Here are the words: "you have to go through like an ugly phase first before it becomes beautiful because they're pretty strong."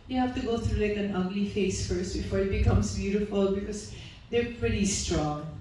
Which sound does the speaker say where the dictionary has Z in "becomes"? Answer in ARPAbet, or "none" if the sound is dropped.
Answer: S